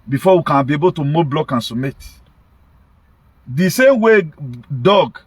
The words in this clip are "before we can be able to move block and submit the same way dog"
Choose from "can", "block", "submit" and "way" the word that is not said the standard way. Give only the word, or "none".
submit